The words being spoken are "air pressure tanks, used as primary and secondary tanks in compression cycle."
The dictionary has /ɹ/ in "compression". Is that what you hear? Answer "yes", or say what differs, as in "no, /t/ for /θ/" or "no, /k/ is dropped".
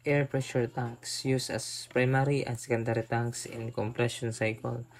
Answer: yes